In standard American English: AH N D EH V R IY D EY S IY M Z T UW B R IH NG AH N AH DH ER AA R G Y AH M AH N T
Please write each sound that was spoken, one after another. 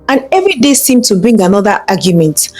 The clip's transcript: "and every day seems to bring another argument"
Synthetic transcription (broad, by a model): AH N EH V R IY D EY S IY M T UW B R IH NG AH N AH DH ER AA G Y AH M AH N T